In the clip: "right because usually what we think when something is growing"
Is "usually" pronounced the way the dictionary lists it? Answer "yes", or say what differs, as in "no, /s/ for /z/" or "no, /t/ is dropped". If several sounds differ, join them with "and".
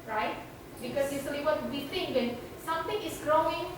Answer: no, /s/ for /ʒ/